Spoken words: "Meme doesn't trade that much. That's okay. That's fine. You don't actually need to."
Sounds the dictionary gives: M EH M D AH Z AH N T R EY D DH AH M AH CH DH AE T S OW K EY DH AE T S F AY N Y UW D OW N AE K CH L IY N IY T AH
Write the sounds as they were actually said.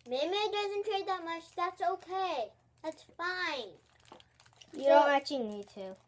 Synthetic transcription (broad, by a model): M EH M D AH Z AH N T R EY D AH M AH CH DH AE T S OW K EY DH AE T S F AY N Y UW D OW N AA CH IY N IY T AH